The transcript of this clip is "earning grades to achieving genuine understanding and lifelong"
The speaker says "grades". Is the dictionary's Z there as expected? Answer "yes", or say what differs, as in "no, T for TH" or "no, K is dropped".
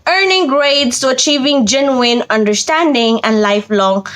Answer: no, S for Z